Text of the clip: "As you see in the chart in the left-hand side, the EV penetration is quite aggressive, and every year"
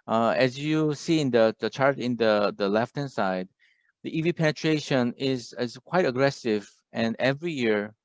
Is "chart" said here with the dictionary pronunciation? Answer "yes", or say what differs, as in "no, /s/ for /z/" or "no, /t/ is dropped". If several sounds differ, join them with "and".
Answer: yes